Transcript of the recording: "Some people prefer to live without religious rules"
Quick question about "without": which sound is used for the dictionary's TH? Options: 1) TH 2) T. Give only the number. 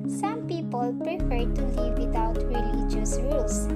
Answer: 2